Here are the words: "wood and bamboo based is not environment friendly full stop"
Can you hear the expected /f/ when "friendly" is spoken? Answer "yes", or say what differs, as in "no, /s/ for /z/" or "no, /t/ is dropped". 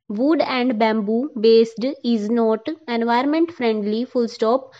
yes